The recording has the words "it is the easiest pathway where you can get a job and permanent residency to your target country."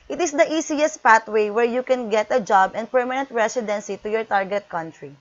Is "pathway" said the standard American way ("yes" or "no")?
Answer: no